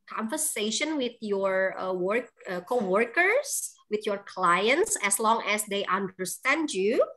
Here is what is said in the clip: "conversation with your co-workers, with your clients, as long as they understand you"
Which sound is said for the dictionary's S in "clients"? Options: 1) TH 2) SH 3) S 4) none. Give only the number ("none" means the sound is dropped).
3